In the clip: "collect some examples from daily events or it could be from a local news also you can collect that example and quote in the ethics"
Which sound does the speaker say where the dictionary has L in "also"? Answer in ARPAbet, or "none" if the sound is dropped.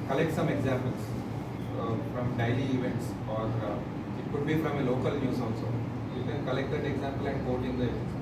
N